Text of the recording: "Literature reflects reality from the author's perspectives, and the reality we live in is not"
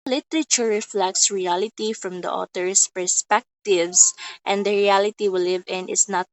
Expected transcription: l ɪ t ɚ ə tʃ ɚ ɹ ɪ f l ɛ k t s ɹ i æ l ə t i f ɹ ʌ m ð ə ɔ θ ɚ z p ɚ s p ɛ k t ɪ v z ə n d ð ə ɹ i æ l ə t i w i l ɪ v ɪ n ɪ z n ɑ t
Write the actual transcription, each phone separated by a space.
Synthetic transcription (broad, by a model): l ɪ t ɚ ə tʃ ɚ ɹ ɪ f l ɛ k t s ɹ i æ l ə t i f ɹ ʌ m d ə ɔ t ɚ s p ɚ s p ɛ k t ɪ v s ə n d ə ɹ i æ l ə t i w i l ɪ v ɪ n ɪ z n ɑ t